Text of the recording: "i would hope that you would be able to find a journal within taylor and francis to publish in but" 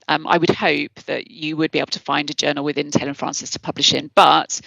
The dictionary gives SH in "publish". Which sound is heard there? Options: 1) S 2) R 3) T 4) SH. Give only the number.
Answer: 4